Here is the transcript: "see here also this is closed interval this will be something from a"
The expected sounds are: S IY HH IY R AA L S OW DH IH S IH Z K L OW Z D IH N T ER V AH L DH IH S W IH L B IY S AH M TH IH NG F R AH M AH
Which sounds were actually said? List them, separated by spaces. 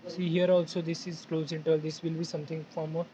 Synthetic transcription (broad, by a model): S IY HH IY R AA L S OW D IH S IH Z K L OW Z IH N T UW AH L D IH S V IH L B IY S AH M T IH NG F R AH M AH